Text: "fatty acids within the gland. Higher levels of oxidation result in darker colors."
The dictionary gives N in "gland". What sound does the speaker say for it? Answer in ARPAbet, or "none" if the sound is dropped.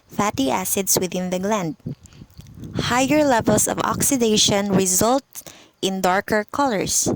N